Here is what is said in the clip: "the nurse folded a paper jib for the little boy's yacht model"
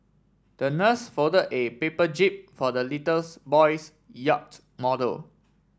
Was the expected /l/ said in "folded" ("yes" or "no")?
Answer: no